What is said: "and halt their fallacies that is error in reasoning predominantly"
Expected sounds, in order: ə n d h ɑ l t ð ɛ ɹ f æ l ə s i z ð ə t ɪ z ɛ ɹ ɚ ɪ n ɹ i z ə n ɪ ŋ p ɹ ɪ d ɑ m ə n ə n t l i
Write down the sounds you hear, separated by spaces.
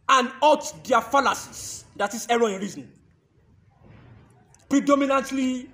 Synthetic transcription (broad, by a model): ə n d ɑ t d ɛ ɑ f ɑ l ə s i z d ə t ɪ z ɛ ɹ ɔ ɪ n ɹ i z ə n p ɹ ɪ d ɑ m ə n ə n t l i